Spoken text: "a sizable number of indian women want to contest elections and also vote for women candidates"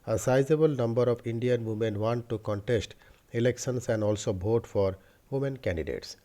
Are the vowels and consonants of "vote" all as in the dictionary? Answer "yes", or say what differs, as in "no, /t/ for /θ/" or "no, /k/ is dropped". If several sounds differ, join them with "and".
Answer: no, /b/ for /v/